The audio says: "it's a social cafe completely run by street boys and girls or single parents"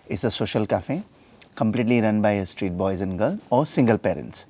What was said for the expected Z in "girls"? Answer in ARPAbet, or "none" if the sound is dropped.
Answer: none